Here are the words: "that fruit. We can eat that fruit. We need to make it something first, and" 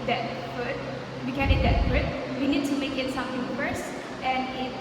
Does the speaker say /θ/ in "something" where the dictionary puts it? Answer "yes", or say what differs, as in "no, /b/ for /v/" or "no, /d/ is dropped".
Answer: no, /t/ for /θ/